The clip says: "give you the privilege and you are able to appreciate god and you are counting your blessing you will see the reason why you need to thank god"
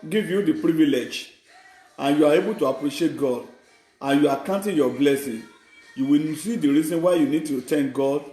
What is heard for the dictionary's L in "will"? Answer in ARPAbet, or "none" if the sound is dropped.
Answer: N